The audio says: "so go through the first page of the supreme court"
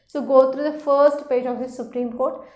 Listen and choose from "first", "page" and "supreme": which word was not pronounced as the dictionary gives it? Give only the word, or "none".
none